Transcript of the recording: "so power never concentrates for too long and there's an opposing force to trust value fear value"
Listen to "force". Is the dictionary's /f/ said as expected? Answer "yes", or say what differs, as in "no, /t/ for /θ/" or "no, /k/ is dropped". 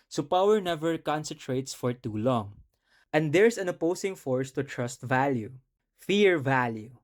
yes